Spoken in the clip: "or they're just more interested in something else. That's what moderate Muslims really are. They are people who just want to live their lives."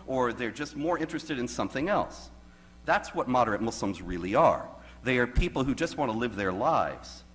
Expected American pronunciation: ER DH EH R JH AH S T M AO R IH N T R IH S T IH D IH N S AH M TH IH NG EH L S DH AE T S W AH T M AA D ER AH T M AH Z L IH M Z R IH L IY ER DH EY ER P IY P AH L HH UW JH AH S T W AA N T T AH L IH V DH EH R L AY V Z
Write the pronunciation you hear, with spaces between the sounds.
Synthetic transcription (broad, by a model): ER DH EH R JH AH S T M AO R IH N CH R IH S T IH D IH N S AH M TH IH NG EH L S DH AE T S W AH T M AA D ER AH T M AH S L M Z R IH L IY ER DH EY ER P IY P L HH UW JH AH S T W AA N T T AH L IH V DH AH R L AY V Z